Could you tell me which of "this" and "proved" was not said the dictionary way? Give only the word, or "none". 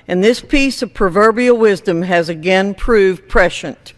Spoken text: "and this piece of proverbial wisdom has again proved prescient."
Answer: none